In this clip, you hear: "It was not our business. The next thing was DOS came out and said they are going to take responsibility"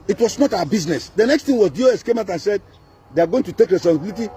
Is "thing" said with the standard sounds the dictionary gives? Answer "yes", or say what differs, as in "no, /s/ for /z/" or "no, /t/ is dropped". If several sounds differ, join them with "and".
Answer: no, /t/ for /θ/